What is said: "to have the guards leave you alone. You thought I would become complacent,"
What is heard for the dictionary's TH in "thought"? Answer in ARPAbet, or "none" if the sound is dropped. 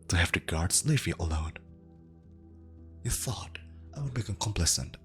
TH